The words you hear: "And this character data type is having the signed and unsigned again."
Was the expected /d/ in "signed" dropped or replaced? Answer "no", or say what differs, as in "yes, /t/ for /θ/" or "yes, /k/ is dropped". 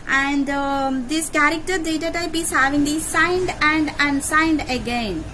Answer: no